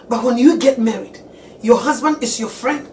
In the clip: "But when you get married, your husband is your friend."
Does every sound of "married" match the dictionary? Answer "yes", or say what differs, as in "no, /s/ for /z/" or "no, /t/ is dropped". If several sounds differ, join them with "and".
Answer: yes